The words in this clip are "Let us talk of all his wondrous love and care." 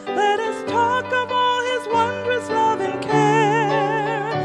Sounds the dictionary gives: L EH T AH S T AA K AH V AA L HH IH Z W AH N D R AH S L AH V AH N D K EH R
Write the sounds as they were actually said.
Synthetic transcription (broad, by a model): L EH T AH S T AA K AH V AA L IH Z W AH N D R AH S L AH V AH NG K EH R